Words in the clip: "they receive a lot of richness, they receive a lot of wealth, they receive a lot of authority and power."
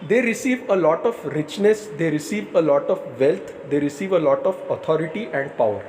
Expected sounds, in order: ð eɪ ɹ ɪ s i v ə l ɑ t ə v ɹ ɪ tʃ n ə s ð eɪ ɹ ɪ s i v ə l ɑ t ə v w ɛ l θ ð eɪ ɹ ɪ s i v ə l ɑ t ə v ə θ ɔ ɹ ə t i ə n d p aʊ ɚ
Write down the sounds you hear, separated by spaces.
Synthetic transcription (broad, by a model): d eɪ ɹ ɪ s i v ə l ɑ t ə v ɹ ɪ tʃ n ə s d eɪ ɹ ɪ s i v ə l ɑ t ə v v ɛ l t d eɪ ɹ ɪ s i v ə l ɑ t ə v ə t ɔ ɹ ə t i ə n d p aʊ ɚ